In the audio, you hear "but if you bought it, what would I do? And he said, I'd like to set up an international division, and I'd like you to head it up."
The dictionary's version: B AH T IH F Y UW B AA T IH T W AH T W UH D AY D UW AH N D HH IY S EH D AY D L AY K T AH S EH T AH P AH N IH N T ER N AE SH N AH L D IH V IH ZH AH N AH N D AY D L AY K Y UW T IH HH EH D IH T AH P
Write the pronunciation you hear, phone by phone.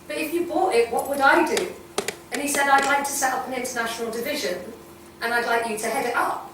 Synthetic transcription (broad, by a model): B AH T IH F Y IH B AA T IH T W AH T W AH D AY D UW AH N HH IY S EH D AY D L AY K T AH S EH T AH P AH N IH N T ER N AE SH N L D IH V IH ZH AH N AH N AY D L AY K Y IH T IH HH EH D IH T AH P